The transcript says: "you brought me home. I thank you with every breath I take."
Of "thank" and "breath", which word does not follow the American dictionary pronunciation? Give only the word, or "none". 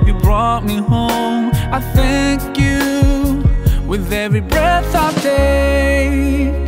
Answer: none